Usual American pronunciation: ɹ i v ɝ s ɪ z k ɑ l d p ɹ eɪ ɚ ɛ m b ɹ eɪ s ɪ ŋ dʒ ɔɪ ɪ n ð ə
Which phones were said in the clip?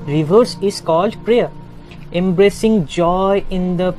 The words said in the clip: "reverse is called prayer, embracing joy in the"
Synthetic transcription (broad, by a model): ɹ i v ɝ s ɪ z k ɑ l d p ɹ eɪ ɚ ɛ m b ɹ eɪ s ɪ ŋ dʒ ɔɪ ɪ n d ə